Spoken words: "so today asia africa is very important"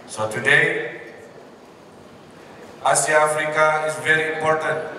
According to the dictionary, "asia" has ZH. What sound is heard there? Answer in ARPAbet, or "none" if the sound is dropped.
S